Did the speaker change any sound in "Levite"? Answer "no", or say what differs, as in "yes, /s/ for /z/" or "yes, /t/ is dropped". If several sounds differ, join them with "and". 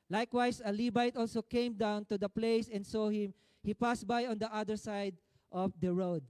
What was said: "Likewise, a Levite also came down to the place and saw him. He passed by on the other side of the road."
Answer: yes, /b/ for /v/